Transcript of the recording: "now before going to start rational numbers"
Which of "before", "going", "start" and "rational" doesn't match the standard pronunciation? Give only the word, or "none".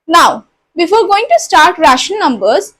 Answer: rational